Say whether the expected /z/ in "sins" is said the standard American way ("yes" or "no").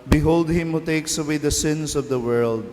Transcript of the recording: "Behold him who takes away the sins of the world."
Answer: no